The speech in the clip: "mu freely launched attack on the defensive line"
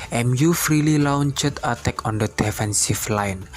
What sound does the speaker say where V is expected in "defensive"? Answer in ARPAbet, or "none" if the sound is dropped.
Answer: F